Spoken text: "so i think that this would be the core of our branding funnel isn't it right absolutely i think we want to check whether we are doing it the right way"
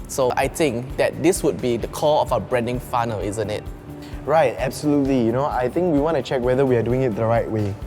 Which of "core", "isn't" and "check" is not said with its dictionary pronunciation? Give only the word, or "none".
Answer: core